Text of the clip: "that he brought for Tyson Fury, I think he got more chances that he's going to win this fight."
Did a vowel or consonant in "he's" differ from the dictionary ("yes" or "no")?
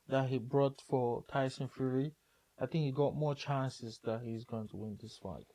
no